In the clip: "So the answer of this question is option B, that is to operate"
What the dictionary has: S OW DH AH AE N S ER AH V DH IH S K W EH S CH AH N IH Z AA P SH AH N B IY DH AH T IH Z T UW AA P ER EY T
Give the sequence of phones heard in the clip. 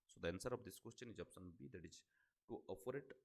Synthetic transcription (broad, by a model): S OW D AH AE N S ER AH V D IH S K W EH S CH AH N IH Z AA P S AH N B IY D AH T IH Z T UW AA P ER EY T